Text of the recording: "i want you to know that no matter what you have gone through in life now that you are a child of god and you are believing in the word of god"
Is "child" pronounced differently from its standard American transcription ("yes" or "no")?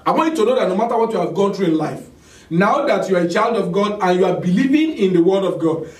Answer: no